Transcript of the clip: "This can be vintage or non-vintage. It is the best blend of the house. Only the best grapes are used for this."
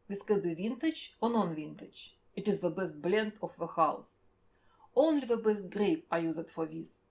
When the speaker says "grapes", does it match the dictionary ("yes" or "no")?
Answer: no